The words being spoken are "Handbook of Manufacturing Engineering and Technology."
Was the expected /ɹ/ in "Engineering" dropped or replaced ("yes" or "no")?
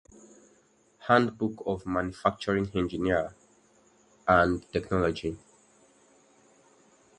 yes